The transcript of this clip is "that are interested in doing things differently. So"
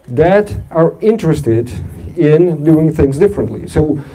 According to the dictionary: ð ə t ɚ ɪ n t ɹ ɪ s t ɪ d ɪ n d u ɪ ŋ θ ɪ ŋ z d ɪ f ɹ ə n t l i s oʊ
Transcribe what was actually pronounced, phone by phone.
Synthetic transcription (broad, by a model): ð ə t ɚ ɪ n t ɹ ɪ s t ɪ d ɪ n d u ɪ ŋ θ ɪ ŋ z d ɪ f ɹ ə n t l i s oʊ